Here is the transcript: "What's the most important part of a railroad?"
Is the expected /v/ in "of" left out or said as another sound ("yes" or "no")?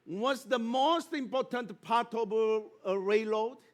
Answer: yes